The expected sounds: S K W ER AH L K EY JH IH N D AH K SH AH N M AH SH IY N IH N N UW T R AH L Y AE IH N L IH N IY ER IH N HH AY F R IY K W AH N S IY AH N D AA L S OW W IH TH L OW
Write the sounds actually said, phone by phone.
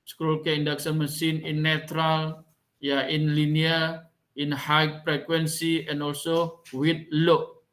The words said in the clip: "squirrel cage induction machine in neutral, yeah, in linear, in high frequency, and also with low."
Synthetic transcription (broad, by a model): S K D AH L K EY IH N D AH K S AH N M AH S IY N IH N N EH T R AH L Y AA IH N L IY N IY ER IH N HH AY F R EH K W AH N S IY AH N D AA L S OW W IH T L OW